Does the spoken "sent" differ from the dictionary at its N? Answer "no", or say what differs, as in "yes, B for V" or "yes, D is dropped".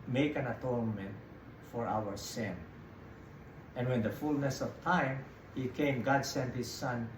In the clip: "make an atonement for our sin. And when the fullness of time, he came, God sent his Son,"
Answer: no